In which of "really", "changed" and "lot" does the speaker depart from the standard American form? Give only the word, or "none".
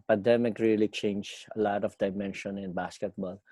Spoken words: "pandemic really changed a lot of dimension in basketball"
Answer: changed